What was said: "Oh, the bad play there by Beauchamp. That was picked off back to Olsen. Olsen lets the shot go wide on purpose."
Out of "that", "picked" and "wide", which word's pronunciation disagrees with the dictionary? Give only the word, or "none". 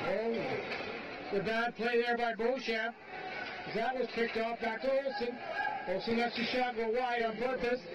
wide